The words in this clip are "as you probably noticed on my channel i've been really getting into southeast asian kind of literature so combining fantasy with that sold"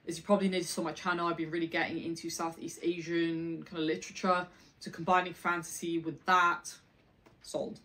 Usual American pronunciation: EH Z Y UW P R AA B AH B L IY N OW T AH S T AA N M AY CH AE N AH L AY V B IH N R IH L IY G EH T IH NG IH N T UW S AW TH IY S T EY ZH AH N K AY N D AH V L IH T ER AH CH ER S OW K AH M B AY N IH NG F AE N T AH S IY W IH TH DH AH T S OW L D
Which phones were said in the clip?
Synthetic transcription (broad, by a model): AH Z Y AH P R AA B AH B L IY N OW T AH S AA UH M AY CH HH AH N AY B IH N R IH L IY G EH T IH NG IH N T UW S AW TH IY S T EY ZH AH N K AY N D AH L IH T ER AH CH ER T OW K AH M B AY N IH NG F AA N T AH S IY W IH DH AH T S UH L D